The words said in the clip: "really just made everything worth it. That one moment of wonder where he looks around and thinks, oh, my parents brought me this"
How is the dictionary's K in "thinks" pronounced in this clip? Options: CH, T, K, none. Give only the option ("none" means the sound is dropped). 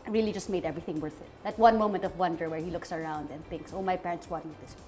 K